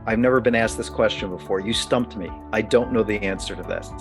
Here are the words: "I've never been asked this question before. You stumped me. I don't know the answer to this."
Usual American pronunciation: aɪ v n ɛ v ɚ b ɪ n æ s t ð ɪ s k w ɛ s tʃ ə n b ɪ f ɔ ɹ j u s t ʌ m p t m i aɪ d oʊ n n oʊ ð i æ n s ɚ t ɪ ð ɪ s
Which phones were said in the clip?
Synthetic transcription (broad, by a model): aɪ v n ɛ v ɚ b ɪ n æ s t ð ɪ s k w ɛ s tʃ ə n b ɪ f ɔ ɹ j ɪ s t ʌ m p t m i aɪ d oʊ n n oʊ ð i æ n s ɚ t ɪ ð ɪ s